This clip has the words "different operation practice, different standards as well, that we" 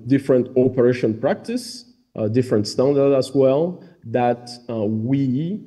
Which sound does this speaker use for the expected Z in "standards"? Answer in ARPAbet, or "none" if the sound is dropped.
none